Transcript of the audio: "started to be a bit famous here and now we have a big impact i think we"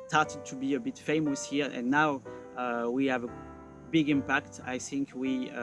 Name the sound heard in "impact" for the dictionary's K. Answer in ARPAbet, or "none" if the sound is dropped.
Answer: K